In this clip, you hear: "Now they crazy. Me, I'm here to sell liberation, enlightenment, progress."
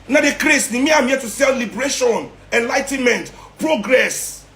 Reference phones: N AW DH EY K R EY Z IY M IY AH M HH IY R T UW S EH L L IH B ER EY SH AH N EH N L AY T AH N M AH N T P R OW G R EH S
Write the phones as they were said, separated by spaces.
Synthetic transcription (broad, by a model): N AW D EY K R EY S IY M IY AH M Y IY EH T UW S EH L L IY B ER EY SH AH N EH N L AY T AH N M AH N T P R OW G R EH S